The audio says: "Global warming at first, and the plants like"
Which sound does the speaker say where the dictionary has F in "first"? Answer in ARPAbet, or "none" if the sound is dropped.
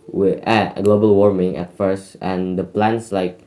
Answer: F